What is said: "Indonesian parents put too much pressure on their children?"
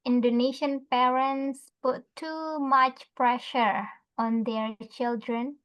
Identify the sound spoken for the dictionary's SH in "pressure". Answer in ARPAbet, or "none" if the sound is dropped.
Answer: SH